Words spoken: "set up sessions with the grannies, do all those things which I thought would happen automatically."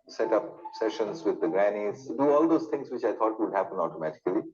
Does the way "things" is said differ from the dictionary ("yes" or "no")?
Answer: yes